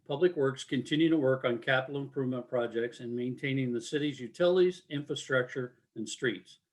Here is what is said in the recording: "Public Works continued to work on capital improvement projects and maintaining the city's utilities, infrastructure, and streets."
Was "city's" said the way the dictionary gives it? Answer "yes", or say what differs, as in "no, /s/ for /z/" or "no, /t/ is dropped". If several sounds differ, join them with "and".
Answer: yes